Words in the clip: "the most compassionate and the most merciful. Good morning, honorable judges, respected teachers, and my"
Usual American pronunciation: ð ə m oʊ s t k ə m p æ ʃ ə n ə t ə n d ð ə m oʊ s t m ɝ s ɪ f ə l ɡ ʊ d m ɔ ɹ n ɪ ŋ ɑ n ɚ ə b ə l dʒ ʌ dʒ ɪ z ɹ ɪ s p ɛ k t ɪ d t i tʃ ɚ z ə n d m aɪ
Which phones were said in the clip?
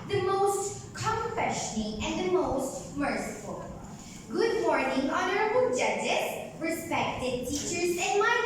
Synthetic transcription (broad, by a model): ð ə m oʊ s t k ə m f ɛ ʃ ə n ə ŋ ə n ð ə m oʊ s t m ɝ s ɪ f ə l ɡ ʊ d m ɔ ɹ n ɪ ŋ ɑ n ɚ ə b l dʒ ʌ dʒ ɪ s ɹ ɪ s p ɛ k t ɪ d t i tʃ ɚ z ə n m aɪ